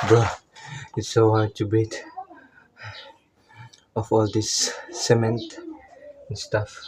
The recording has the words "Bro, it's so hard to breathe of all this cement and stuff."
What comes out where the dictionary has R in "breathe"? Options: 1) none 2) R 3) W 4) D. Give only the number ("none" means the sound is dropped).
1